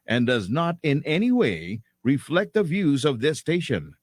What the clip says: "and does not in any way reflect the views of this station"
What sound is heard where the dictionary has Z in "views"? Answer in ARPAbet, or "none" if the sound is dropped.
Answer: Z